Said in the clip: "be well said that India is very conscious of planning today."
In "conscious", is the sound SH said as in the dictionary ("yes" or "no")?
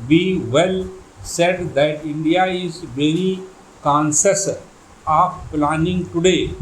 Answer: no